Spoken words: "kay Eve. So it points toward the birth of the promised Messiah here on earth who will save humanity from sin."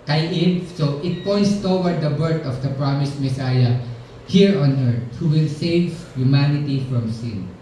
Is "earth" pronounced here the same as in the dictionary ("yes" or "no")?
no